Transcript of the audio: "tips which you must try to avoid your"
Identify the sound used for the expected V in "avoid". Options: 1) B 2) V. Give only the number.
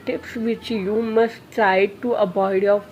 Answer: 1